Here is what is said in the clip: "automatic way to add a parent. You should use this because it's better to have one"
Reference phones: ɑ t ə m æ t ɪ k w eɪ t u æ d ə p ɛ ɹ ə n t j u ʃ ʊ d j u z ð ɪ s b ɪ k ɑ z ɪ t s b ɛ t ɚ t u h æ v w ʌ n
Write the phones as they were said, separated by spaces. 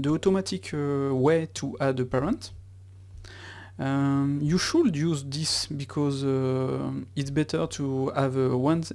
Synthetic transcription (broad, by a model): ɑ t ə m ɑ t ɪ k w eɪ t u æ d ə p ɛ ɹ ə n t j u ʃ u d j u z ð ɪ s b ɪ k ɑ z ɪ t s b ɛ t ɚ t u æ v w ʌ n